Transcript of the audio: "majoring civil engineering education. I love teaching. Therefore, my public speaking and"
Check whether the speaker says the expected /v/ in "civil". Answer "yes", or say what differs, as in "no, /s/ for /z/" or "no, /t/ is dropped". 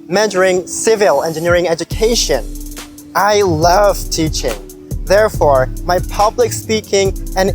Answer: yes